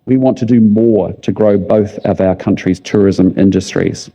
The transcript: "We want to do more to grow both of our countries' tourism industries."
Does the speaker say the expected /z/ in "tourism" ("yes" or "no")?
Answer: yes